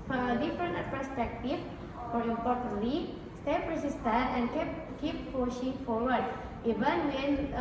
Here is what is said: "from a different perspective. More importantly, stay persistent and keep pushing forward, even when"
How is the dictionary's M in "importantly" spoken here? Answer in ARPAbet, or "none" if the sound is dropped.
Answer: none